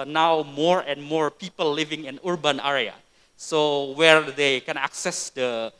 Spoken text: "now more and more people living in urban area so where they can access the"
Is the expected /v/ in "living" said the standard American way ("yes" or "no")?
yes